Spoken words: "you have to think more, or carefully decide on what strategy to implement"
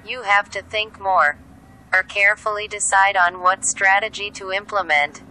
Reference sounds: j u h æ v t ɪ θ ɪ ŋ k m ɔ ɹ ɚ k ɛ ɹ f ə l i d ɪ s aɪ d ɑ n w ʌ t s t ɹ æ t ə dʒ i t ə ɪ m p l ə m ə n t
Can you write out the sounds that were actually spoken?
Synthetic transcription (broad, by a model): j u h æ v t ɪ θ ɪ ŋ k m ɔ ɹ ɚ k ɛ ɹ f l i d ɪ s aɪ d n w ʌ t s t ɹ æ t ə dʒ i t ə ɪ m p l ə m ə n t